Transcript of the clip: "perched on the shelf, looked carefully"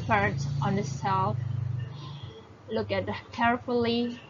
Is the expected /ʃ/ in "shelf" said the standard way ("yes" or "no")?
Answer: no